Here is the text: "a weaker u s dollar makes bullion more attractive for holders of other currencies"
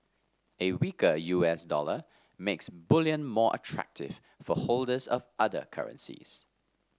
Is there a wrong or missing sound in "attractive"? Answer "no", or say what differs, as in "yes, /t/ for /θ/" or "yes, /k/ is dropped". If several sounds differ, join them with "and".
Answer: no